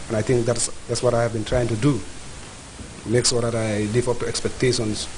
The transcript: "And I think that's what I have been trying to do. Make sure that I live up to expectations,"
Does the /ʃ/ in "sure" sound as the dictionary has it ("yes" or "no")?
no